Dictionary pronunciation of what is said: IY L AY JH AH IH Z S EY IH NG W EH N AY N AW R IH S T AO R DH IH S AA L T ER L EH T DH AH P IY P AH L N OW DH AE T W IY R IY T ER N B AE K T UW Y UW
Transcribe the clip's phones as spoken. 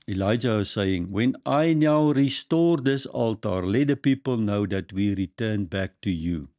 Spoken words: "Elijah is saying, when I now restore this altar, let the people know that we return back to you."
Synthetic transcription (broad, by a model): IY L AY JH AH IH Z S EY IH NG W EH N AY N AW R IH S T AO R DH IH S AA L T ER L EH T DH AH P IY P AH L N OW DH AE T W IY R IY T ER N B AE K T UW Y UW